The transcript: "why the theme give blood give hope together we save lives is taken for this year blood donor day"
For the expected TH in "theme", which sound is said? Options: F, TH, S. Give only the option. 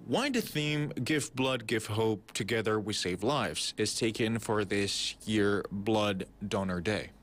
TH